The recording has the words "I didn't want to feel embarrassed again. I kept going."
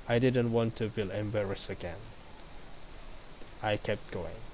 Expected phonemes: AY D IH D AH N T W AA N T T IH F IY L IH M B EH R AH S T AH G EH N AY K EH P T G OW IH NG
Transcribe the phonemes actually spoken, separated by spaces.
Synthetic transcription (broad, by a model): AY D IH D AH N T W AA N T T IH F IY L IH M B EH R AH S AH G EH N AY K EH P T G OW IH NG